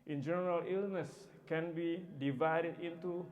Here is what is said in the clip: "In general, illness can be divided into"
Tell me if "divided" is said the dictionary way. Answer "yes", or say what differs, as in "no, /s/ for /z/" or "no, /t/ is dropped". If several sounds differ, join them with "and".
yes